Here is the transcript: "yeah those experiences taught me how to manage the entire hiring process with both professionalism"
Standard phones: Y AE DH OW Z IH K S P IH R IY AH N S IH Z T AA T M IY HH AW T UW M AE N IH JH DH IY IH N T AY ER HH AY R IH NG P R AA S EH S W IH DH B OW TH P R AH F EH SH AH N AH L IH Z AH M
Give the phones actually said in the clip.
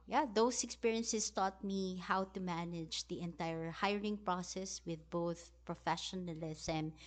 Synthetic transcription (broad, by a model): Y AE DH OW S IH K S P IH R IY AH N S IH S T AA T M IY HH AW T UW M AE N IH JH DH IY IH N T AY ER HH AY R IH NG P R AA S EH S W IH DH B OW TH P R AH F EH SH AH N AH L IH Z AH M